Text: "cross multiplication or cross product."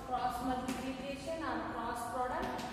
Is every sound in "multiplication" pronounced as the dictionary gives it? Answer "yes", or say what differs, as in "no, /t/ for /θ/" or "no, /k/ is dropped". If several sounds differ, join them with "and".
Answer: no, /k/ is dropped